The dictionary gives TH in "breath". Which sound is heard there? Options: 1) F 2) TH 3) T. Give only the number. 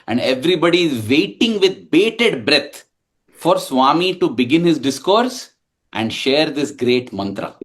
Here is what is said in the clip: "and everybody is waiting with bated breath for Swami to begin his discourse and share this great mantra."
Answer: 3